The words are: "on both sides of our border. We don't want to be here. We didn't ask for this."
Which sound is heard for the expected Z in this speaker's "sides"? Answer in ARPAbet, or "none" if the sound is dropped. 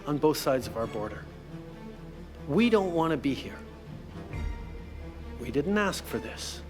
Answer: Z